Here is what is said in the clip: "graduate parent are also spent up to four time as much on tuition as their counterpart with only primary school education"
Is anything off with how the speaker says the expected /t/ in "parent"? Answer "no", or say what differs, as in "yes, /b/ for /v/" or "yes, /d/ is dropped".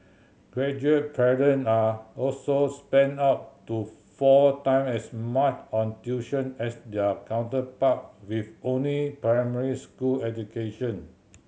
yes, /t/ is dropped